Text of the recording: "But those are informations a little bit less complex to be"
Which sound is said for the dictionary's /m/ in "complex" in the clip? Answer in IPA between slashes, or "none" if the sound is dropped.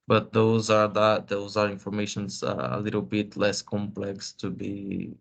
/m/